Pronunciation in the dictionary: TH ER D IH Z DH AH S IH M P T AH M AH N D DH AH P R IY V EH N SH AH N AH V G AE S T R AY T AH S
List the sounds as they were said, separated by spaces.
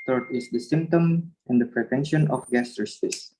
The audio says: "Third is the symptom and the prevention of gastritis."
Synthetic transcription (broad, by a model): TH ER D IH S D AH S IH M P T AH M AH N D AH P R IY V EH N SH AH N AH F G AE S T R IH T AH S